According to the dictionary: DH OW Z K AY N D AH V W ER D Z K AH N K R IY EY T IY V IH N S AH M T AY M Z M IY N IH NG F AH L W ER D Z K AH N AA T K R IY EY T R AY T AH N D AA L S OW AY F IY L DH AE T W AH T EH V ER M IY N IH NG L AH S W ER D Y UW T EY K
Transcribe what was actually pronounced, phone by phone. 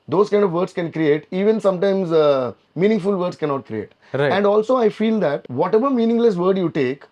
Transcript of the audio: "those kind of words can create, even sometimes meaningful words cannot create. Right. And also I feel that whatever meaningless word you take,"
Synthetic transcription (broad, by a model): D OW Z K AY N D AH V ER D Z K AH N K R IY EY T IY V IH N S AH M T AY M Z M IY N IH NG F AH L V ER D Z K AH N AA T K R IY EY T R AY AH N D AA L S OW AY F IY L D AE T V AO T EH V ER M IY N IH NG L AH S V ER D Y UW T EY K